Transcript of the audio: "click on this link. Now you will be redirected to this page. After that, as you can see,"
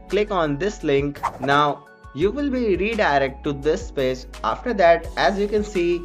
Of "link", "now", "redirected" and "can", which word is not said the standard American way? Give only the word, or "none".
redirected